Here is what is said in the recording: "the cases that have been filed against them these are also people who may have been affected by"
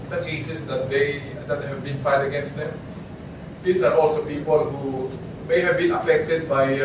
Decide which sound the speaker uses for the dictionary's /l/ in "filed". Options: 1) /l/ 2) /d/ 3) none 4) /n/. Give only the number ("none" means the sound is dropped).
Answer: 3